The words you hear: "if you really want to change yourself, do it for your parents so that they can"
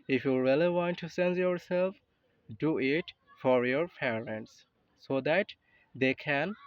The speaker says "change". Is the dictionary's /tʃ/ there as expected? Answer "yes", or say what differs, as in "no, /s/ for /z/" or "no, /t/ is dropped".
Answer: no, /s/ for /tʃ/